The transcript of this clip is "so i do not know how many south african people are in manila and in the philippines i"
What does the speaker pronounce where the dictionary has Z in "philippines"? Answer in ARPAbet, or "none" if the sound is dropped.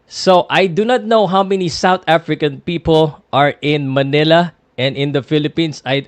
S